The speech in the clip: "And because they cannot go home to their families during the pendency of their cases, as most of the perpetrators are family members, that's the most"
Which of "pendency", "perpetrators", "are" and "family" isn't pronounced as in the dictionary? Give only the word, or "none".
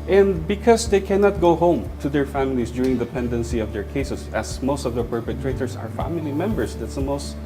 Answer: perpetrators